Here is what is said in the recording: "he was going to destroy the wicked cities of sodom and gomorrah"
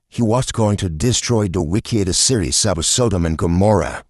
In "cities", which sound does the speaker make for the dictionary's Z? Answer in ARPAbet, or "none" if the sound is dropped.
S